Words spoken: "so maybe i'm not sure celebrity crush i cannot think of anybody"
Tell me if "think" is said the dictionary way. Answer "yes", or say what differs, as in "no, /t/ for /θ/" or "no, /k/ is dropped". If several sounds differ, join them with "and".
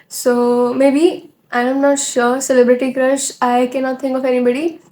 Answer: no, /t/ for /θ/